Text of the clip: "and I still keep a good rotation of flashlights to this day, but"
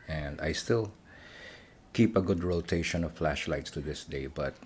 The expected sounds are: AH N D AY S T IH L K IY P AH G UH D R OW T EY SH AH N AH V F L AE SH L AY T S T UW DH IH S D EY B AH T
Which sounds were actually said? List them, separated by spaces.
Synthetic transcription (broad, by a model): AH N D AY S T IH L K IY P AH G UH D R OW T EY SH AH N AH V F L AE SH L AY T S T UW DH IH S D EY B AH T